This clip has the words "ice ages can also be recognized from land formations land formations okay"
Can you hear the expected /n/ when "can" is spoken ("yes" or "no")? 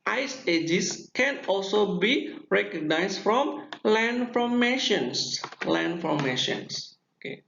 yes